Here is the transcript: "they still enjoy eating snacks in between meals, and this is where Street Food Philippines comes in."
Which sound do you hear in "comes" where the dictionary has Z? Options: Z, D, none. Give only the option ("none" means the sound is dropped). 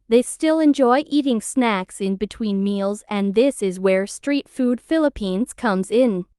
Z